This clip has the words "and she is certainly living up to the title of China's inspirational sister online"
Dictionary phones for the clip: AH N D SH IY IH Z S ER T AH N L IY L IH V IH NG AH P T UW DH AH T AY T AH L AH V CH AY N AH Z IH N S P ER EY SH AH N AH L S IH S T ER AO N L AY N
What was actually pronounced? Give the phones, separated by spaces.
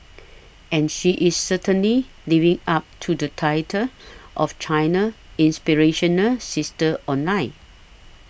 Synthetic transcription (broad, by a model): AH N SH IY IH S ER T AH N L IY L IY V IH NG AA P T UW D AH T AY T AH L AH F CH AY N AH IH N S P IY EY SH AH N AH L S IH S T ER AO N L AY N